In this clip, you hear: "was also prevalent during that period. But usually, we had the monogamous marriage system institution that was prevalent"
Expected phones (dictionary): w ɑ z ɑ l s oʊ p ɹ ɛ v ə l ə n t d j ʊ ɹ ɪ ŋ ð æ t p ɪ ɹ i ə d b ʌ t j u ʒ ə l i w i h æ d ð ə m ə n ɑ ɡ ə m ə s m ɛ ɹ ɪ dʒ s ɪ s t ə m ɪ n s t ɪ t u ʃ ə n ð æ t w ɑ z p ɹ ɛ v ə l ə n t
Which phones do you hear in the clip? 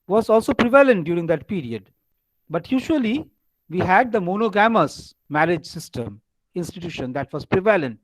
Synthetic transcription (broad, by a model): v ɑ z ɑ l s oʊ p ɹ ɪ v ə l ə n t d j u ɹ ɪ ŋ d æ t p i ɹ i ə d b ʌ t j u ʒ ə l i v i h æ d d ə m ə n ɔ ɡ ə m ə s m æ ɹ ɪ dʒ s ɪ s t ə m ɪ n s t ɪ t u ʃ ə n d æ t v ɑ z p ɹ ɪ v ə l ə n t